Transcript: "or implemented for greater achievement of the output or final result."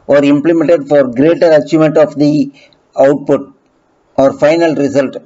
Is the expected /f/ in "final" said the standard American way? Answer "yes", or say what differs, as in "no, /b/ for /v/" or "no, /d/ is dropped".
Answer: yes